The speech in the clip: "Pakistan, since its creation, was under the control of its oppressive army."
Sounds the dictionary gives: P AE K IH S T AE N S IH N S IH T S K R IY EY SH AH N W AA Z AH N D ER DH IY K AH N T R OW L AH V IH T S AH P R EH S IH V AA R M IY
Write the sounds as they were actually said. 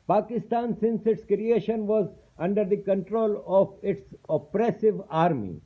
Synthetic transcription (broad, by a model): P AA K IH S T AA N S IH N S IH T S K R IY EY SH AH N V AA Z AH N D ER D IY K AH N T R OW L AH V IH T S AH P R EH S IH V AA R M IY